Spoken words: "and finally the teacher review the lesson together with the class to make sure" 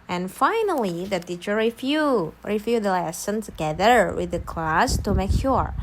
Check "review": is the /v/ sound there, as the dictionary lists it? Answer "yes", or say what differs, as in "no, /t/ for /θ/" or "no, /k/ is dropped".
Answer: no, /f/ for /v/